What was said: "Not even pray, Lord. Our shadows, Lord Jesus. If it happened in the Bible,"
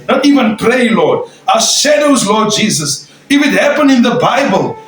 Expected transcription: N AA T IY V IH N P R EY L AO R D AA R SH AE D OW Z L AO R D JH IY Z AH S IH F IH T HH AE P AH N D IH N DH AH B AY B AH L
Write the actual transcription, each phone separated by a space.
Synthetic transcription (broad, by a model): N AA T IY V IH N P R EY L AO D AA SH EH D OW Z L AO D JH IY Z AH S IH F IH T HH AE P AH N IH N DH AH B AY B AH L